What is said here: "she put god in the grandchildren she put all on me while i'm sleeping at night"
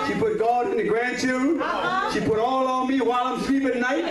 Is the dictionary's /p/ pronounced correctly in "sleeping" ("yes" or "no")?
no